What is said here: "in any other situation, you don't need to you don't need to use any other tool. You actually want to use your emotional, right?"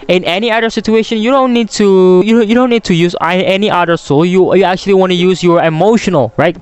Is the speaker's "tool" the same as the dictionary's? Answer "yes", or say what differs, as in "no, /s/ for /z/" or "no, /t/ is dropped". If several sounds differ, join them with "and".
no, /s/ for /t/